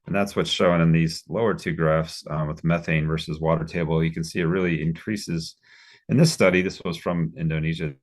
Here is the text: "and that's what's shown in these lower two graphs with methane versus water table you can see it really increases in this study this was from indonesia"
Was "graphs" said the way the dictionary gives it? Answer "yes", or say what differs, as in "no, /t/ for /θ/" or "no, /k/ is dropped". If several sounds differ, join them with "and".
yes